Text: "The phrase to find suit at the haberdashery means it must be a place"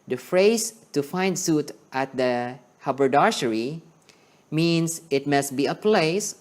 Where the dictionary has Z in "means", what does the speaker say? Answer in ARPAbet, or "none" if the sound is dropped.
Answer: S